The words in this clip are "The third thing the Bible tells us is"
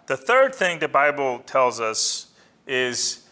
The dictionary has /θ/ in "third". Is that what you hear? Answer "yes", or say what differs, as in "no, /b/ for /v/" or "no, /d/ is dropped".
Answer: yes